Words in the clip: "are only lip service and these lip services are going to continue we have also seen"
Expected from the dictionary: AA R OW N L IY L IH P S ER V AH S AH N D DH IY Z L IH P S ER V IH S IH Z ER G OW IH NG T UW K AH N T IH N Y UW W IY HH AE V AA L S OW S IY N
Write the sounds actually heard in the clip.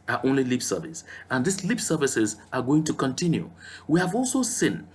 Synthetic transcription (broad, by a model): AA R OW N L IY L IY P S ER V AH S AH N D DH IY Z L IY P S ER V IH S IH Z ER G OW IH NG T UW K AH N T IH N Y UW W IY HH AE V AA L S OW S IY N